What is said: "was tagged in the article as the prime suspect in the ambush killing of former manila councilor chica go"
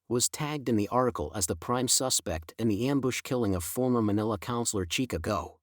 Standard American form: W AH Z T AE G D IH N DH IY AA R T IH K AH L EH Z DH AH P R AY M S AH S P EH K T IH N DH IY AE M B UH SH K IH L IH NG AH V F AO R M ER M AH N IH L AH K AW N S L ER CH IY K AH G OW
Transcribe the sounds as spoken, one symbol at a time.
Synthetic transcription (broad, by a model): W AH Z T AE G D IH N DH IY AA R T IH K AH L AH Z DH AH P R AY M S AH S P EH K T IH N DH IY AE M B UH SH K IH L IH NG AH V F AO R M ER M AH N IH L AH K AW N S L ER CH IY K AH G OW